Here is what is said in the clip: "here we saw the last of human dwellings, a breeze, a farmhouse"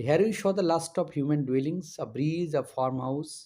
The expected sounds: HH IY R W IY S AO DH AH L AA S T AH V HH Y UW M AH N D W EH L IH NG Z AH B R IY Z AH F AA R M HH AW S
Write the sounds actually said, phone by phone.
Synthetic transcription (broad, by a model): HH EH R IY SH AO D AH L AA S T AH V HH Y UW M AH N D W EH L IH NG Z AH B R IY Z AH F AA R M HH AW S